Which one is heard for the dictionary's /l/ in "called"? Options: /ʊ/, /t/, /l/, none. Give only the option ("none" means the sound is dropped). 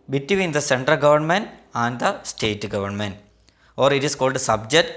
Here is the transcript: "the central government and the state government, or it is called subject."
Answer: /l/